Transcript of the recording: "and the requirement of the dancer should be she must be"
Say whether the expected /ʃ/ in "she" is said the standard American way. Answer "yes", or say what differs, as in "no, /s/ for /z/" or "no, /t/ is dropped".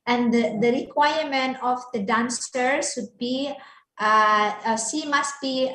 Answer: no, /s/ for /ʃ/